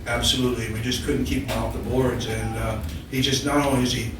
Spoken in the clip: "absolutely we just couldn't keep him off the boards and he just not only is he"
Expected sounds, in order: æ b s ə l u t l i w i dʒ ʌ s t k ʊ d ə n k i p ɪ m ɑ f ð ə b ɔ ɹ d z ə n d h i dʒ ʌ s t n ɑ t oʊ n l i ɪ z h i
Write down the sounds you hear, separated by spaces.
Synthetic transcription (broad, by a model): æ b s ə l u t l i w i dʒ ʌ s k ʊ d n k i p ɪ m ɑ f ð ə b ɔ ɹ d z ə n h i dʒ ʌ s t n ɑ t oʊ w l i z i